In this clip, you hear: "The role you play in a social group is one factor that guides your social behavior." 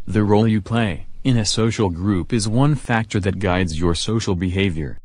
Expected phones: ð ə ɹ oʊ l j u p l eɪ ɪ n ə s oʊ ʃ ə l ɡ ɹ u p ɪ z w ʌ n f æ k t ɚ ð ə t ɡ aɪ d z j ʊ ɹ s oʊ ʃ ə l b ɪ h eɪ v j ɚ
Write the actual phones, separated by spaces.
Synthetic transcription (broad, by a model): ð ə ɹ oʊ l j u p l eɪ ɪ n ə s oʊ ʃ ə l ɡ ɹ u p ɪ z w ʌ n f æ k t ɚ ð ə t ɡ aɪ d z j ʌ ɹ s oʊ ʃ l b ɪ h eɪ v j ɚ